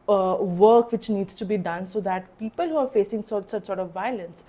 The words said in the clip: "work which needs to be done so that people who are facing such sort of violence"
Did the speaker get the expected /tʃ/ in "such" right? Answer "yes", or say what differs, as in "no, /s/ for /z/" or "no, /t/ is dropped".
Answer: no, /s/ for /tʃ/